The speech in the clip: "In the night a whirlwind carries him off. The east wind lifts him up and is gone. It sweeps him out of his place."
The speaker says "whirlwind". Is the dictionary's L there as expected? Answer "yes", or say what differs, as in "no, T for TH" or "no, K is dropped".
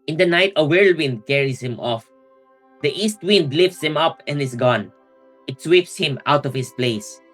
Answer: yes